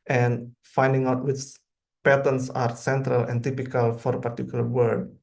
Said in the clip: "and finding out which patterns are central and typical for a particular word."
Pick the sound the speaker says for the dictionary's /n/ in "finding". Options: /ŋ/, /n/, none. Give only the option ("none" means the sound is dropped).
/n/